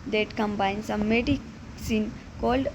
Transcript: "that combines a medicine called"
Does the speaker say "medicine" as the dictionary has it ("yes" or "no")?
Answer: yes